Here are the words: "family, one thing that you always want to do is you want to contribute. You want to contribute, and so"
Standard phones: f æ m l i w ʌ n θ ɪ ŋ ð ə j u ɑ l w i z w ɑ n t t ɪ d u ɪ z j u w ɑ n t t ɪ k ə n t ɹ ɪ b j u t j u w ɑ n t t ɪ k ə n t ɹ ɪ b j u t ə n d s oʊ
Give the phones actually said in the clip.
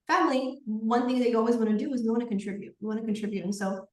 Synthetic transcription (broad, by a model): f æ m l i w ʌ n θ ɪ ŋ ð ə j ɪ ɑ l w i z w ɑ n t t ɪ d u ɪ z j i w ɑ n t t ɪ k ə n t ɹ ɪ b j u t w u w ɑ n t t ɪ k ə n t ɹ ɪ b j u t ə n s oʊ